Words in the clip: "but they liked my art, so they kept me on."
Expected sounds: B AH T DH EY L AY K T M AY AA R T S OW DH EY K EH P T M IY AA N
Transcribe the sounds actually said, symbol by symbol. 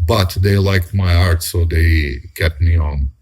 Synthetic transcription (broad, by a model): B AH T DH EY L AY K T M AY AA R T S OW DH EY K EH T M IY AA N